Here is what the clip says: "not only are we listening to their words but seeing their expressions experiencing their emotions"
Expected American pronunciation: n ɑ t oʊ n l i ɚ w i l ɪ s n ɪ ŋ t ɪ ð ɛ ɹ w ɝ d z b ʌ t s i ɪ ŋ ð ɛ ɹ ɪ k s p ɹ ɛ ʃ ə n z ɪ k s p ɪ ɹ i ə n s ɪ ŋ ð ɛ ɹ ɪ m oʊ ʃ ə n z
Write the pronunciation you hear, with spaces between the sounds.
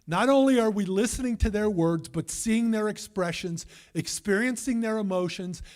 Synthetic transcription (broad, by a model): n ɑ t oʊ n l i ɚ w i l ɪ s n ɪ ŋ t ɪ ð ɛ ɹ w ɝ d z b ʌ t s i ɪ ŋ ð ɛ ɹ ɪ k s p ɹ ɛ ʃ ə n z ɪ k s p ɪ ɹ i ə n s ɪ ŋ ð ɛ ɹ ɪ m oʊ ʃ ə n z